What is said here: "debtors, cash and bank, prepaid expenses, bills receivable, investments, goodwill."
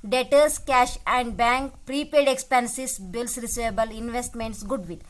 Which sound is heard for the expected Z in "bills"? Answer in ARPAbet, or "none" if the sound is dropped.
S